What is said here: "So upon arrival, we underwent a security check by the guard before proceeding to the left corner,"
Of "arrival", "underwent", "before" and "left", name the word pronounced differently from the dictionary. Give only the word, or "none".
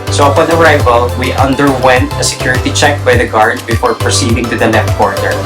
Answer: left